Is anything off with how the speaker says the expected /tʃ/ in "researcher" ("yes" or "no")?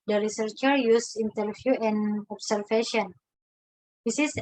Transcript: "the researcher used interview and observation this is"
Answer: no